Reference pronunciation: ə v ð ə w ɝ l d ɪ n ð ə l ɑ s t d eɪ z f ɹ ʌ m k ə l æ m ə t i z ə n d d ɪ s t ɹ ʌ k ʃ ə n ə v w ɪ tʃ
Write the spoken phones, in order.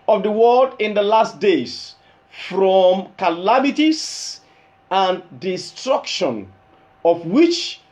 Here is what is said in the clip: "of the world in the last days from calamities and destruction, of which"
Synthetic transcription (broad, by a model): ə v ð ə w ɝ l d ɪ n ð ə l ɑ s t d eɪ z f ɹ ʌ m k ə l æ m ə t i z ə n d d ɪ s t ɹ ʌ k ʃ ə n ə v w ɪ tʃ